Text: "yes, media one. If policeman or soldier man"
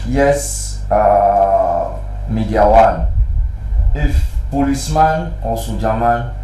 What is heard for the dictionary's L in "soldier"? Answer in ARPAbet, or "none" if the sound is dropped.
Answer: none